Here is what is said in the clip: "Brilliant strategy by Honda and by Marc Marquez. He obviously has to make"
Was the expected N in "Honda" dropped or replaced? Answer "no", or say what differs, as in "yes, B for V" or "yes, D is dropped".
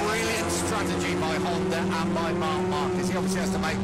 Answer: yes, L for N